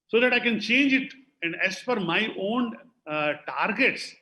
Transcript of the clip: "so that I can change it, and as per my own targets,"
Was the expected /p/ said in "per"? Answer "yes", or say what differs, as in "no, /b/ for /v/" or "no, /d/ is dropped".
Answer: no, /f/ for /p/